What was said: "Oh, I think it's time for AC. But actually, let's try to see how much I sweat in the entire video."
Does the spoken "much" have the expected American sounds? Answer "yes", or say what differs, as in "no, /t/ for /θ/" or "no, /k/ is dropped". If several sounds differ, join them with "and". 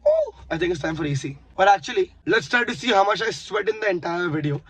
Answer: no, /ʃ/ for /tʃ/